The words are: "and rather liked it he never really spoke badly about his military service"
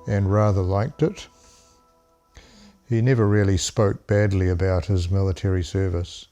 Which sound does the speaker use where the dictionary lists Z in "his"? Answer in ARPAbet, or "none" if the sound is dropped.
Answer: Z